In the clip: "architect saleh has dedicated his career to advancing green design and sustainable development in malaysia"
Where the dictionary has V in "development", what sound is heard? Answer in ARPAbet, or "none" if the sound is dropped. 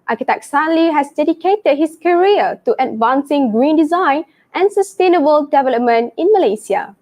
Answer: V